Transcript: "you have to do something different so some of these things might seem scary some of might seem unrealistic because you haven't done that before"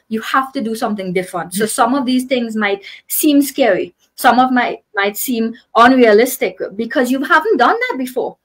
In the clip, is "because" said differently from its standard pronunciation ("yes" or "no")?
no